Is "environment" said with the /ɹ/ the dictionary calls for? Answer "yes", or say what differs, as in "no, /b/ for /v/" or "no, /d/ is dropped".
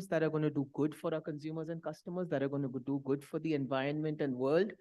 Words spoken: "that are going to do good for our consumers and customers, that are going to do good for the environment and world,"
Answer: yes